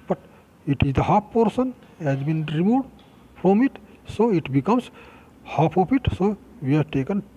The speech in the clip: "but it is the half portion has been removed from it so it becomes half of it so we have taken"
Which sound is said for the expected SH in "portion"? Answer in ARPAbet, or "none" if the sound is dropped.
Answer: S